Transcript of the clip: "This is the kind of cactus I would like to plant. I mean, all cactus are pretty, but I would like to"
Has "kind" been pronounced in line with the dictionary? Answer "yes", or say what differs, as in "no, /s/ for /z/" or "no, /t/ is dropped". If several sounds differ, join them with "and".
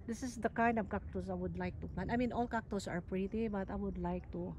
yes